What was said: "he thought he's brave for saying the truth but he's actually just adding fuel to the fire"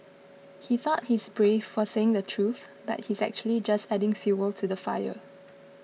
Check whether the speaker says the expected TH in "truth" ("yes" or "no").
yes